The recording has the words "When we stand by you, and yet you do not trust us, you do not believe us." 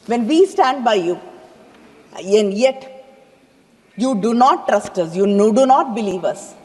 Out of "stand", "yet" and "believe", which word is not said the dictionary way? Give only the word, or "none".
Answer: none